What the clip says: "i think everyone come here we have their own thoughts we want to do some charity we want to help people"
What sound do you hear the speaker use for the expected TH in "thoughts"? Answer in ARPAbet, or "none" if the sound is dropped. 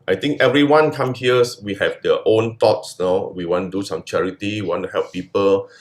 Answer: T